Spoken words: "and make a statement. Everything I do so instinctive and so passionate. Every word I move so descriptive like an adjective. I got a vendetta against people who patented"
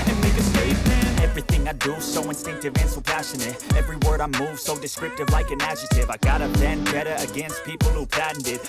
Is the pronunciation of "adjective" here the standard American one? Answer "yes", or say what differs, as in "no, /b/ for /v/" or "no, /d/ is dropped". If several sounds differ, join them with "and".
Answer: no, /k/ is dropped